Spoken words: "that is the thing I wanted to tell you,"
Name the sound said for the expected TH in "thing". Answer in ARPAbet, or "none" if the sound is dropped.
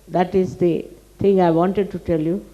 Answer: T